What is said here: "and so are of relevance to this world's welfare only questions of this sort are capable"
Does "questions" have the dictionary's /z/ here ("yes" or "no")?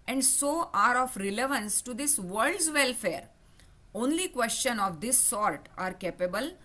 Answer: no